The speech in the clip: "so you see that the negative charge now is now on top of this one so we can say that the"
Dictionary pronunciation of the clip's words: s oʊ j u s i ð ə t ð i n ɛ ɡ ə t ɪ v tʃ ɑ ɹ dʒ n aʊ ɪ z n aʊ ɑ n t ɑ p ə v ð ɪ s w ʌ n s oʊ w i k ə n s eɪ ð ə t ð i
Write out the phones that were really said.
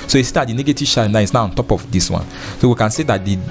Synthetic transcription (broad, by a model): s oʊ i s i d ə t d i n ɛ ɡ ə t ɪ v ʃ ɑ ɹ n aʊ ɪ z n aʊ ɑ n t ɑ p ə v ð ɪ s w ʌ n s oʊ w i k ə n s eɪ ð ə t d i